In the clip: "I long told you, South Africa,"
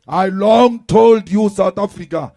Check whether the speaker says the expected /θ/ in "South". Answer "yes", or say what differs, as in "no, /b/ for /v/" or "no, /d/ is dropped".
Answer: no, /t/ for /θ/